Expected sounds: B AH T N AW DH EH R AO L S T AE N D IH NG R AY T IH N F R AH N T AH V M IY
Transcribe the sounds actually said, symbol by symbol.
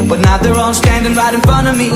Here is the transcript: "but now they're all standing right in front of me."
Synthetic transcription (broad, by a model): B AH T N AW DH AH R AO N S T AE N D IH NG R AY T IH N F R AH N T AH V M IY